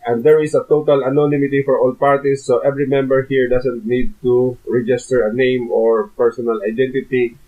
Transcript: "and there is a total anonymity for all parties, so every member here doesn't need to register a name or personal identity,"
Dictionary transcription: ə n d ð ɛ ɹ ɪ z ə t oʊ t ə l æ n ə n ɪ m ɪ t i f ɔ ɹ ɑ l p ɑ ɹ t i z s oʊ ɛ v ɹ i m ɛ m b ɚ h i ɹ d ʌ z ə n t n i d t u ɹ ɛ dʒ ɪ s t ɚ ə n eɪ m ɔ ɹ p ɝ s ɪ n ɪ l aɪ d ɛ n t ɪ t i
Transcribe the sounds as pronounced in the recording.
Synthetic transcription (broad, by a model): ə n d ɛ ɹ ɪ s ə t oʊ t ə l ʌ n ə n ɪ m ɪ t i f ɔ ɹ ɑ l p ɑ ɹ t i s oʊ ɛ v ɹ i m ɛ m b ɚ h i ɹ d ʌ s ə n t n i d t u ɹ ɛ dʒ ɪ s t ɚ ə n eɪ m ɔ ɹ p ɝ s ɪ n ɪ l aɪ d ɛ n t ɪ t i